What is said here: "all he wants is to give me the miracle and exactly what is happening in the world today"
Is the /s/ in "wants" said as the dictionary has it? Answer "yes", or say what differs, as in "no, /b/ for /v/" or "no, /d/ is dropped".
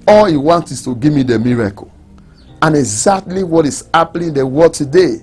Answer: no, /s/ is dropped